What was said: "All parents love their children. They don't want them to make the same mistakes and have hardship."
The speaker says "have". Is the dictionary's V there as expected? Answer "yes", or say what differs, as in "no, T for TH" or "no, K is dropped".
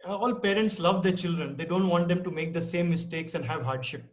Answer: yes